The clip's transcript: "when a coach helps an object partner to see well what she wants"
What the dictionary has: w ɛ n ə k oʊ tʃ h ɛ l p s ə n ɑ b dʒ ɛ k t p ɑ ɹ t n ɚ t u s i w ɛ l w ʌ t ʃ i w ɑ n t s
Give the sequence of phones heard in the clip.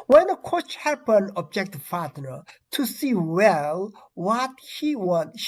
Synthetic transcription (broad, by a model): w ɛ n ə k oʊ tʃ h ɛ p ə n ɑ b dʒ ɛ k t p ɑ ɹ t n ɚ t u s i w ɛ l w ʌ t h i w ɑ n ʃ